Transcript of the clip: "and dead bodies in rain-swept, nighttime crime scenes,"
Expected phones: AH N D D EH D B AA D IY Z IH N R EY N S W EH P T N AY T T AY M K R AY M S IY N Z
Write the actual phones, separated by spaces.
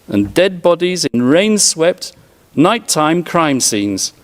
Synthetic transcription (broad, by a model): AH N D D EH D B AA D IY Z IH N R EY N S W EH P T N AY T T AY M K R AY M S IY N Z